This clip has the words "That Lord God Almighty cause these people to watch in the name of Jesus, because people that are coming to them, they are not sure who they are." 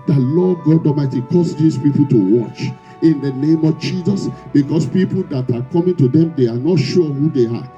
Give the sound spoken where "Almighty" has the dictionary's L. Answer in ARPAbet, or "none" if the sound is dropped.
none